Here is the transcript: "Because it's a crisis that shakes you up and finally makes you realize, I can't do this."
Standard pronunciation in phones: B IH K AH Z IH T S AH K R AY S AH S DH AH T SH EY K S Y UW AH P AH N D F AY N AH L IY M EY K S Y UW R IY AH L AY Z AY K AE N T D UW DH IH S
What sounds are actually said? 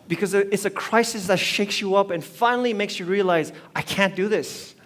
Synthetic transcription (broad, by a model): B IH K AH Z IH T S AH K R AY S AH S DH AH T SH EY K S Y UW AH P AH N F AY N L IY M EY K S Y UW R IY AH L AY Z AY K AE N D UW DH IH S